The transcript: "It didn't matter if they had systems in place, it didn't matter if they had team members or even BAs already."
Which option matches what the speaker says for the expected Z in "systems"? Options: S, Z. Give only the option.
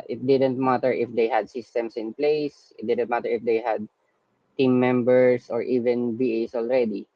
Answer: S